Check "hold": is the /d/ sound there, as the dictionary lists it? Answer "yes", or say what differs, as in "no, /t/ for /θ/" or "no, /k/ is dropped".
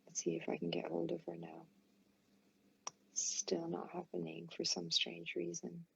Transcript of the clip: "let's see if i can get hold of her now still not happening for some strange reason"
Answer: yes